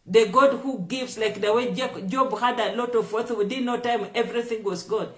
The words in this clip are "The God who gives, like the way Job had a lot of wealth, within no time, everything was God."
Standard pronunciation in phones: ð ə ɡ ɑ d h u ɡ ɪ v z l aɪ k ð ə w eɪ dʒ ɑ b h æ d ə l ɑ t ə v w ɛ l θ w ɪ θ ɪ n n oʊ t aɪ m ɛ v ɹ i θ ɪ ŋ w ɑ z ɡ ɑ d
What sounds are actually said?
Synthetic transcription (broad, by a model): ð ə ɡ ɑ d h u ɡ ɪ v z l aɪ k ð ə w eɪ dʒ ɑ b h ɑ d ə l ɑ t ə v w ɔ θ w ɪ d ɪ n n oʊ t aɪ m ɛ v ɹ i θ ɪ ŋ w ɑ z ɡ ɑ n